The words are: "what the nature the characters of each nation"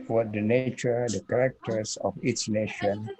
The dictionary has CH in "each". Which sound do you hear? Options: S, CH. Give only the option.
S